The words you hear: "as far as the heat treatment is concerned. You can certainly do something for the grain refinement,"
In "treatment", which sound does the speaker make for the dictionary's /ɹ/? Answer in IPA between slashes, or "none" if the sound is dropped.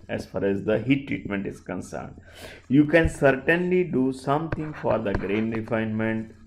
/ɹ/